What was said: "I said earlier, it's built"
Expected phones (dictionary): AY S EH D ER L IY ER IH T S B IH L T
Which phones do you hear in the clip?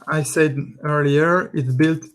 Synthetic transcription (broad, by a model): AY S EH D ER L IY ER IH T B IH L T